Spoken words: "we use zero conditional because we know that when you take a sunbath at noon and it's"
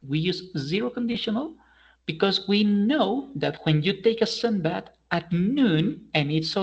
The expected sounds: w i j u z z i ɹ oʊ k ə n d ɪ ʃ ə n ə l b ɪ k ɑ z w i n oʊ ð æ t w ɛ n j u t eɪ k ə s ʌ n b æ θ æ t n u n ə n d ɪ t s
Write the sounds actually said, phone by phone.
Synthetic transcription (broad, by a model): w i j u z z i ɹ oʊ k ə n d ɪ ʃ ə n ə l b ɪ k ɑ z w i n oʊ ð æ t w ɛ n j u t eɪ k ə s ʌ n b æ t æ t n u n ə n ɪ t s